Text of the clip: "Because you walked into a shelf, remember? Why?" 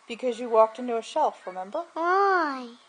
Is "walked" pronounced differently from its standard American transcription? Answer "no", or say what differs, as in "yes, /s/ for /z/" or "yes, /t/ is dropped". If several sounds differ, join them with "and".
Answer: no